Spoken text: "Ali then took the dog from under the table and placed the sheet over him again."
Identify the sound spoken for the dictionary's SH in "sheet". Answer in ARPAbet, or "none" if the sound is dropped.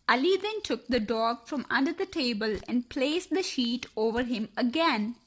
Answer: SH